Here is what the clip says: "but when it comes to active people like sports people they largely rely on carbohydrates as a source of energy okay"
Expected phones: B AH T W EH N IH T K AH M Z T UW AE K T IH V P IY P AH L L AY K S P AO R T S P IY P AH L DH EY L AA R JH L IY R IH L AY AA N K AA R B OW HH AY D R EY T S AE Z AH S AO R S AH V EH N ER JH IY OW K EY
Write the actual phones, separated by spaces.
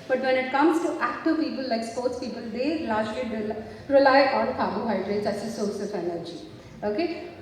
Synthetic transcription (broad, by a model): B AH T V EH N IH T K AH M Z T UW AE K T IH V P IY P AH L L AY K S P AO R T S P IY P AH L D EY L AA R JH L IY R IH L AY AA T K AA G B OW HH AY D R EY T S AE S AH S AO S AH F EH N ER JH IY OW K EY